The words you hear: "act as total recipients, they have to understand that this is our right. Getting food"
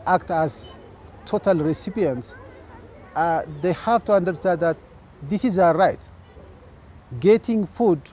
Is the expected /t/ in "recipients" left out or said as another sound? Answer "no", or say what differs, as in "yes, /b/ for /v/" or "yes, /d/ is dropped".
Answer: no